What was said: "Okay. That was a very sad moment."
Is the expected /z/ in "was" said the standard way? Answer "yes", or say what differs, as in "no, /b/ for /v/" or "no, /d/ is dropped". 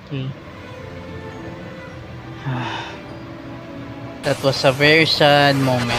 no, /s/ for /z/